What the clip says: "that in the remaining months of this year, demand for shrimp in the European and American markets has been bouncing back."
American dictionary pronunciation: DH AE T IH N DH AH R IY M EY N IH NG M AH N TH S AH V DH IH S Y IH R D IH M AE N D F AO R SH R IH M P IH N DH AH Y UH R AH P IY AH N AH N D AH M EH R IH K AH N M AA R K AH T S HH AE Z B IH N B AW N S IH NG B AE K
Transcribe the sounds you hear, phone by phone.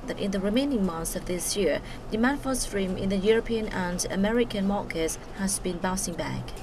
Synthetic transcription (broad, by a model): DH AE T IH N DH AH R IY M EY N IH NG M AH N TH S AH V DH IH S Y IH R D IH M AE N F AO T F R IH M IH N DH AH Y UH R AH P IY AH N AH N D AH M EH R IH K AH N M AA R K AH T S HH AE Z B IH N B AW S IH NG B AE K